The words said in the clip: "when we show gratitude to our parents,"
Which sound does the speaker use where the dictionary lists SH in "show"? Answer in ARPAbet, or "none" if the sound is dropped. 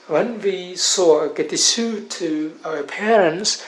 S